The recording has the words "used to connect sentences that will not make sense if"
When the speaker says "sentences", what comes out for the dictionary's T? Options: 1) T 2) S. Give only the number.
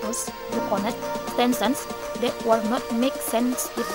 2